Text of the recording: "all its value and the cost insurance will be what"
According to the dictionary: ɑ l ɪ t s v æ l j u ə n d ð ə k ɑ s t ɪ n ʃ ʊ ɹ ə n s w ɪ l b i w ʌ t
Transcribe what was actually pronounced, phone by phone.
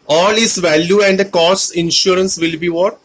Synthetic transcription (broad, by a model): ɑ l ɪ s v æ l j u ə n d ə k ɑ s ɪ n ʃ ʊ ɹ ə n s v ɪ l b i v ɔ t